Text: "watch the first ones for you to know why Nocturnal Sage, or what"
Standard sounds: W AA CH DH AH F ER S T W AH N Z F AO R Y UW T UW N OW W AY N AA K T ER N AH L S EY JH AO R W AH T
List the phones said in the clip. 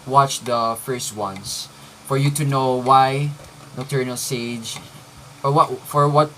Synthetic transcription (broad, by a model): W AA CH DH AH F ER S T W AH N S F AO R Y UW T UW N OW W AY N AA T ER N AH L S EY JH AO R W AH T